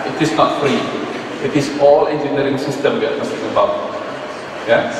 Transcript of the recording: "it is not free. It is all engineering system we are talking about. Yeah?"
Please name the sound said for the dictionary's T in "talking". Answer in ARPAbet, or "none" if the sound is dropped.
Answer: S